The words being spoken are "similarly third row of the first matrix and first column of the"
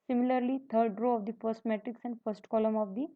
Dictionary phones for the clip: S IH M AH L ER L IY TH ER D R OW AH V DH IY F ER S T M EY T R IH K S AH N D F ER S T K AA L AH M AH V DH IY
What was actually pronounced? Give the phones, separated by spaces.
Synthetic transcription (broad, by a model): S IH M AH L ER L IY T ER D R OW AH V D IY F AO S M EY T IH K S AH N D F ER S T K AA L AH M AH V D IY